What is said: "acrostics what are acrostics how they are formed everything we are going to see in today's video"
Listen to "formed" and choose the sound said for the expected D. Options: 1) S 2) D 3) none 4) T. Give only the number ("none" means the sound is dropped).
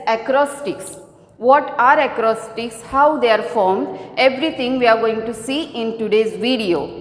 2